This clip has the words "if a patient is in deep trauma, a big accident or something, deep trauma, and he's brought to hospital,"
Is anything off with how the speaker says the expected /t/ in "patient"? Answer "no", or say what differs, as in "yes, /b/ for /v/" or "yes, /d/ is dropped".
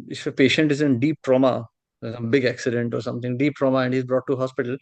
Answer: no